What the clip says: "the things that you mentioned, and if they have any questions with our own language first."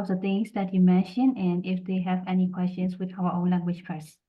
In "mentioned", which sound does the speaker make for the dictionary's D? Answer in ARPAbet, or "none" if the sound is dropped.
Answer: none